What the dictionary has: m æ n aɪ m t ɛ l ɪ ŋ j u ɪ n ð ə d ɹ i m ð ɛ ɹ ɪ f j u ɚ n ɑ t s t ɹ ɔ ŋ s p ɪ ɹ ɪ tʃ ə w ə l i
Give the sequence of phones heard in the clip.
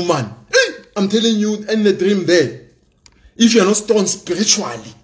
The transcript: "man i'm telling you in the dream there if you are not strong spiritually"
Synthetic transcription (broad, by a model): m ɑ n aɪ m t ɛ l ɪ ŋ j u ɪ n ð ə d ɹ i m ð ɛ ɪ f j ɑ n ɑ t s t ɔ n s p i ɹ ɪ tʃ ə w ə l i